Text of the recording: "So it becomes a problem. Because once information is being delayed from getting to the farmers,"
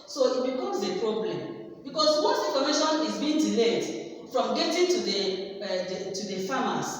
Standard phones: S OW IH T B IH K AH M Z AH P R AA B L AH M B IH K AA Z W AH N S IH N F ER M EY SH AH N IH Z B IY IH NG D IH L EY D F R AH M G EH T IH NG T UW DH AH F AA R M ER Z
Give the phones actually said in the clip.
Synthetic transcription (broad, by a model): S OW IH T B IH K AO M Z AH P R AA B L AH M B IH K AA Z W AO S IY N F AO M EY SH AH N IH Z B IY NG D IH L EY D F R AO M G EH T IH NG T UW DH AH F AA M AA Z